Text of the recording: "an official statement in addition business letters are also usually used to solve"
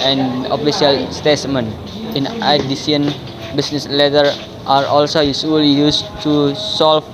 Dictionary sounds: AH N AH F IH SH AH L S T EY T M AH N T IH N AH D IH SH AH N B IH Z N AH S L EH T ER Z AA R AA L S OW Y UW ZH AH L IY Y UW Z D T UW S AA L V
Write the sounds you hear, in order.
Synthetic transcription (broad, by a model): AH N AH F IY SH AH L S T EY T M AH N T IH N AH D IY S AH N B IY S N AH S L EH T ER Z AA R AA L S OW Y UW S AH L IY Y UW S T UW S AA L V